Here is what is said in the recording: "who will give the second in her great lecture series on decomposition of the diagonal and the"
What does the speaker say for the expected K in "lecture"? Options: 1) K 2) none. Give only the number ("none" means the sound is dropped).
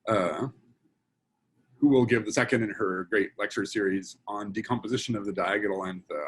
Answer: 1